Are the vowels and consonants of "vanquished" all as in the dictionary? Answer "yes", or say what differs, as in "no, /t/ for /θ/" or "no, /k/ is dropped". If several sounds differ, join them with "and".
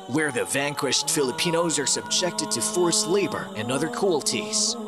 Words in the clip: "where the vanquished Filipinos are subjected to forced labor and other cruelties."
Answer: yes